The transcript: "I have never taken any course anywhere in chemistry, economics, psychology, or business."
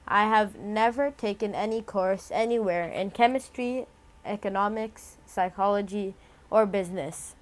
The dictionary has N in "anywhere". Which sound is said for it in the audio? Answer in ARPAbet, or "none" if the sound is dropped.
N